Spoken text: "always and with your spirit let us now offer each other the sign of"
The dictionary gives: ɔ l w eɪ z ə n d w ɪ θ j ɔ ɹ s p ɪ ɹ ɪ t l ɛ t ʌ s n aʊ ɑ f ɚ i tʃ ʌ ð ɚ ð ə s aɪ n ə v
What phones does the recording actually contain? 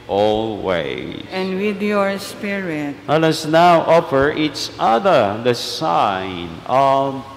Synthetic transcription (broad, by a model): ɔ l w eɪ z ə n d w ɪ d j ɔ ɹ s p ɪ ɹ ɪ t w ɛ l ʌ s n aʊ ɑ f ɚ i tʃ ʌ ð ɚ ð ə s aɪ n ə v